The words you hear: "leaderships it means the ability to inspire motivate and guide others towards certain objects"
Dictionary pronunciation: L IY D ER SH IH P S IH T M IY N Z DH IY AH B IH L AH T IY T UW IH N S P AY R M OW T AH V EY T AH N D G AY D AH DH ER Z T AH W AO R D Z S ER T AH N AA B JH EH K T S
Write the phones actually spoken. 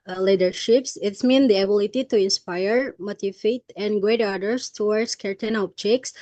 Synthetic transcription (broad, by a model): L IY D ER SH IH P S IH T M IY N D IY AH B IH L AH T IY T UW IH N S P AY R M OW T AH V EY T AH N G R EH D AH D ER S T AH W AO R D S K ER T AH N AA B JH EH K S